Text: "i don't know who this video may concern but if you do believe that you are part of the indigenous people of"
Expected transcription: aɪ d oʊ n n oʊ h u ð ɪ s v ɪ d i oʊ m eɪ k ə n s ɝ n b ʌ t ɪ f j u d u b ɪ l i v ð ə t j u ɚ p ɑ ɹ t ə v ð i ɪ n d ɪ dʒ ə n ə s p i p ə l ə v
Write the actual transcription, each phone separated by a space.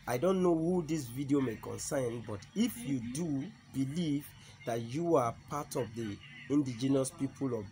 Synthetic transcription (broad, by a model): aɪ d oʊ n n oʊ h u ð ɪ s v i d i oʊ m eɪ k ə n s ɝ n b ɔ t ɪ f j u d u b ɪ l i v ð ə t j u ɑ p ɑ t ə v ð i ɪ n d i dʒ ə n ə s p i p ə l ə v